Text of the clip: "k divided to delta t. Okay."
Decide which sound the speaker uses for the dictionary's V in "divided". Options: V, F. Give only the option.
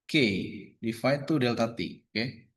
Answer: F